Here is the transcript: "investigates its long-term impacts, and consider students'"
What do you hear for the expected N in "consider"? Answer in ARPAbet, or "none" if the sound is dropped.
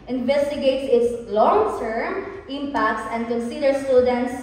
N